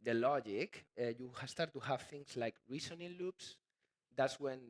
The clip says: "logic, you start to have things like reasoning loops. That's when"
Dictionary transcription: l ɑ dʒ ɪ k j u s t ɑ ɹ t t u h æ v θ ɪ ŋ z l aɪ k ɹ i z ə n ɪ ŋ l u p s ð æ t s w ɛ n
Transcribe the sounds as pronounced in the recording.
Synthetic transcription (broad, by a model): l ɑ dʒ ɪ k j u s t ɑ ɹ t t u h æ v θ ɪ ŋ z l aɪ k ɹ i s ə n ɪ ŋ l u p s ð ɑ t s w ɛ n